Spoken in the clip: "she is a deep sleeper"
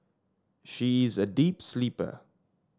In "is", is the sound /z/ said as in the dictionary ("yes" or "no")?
yes